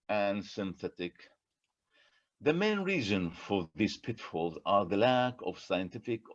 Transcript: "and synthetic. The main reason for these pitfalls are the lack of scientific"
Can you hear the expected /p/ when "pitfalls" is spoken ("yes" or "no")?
yes